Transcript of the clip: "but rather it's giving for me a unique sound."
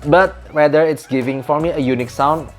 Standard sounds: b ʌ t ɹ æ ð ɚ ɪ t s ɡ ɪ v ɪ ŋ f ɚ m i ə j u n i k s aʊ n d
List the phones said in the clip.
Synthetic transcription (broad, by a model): b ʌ t w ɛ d ɚ ɪ t s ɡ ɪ v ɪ ŋ f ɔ m i ə j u n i k s aʊ n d